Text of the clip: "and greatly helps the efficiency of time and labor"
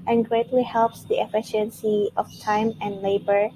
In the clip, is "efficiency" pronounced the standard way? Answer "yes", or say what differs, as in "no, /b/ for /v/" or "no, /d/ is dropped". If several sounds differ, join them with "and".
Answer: yes